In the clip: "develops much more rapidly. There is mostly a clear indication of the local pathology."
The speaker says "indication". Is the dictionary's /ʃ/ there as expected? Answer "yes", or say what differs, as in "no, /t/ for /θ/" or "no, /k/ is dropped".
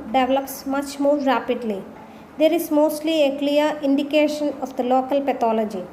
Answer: yes